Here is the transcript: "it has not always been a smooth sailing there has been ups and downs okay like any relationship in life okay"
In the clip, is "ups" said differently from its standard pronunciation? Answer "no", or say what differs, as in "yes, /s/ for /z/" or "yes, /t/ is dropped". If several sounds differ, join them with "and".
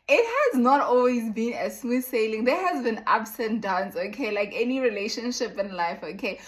yes, /b/ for /p/